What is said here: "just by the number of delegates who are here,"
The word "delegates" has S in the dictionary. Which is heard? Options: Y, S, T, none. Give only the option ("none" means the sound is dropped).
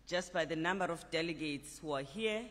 S